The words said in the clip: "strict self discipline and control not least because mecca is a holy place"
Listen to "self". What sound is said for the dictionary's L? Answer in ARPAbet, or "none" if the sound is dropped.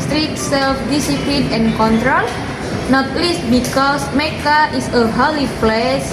L